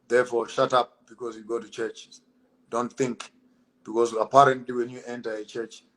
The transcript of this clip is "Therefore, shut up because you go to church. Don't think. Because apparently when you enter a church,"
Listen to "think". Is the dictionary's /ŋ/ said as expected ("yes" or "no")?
yes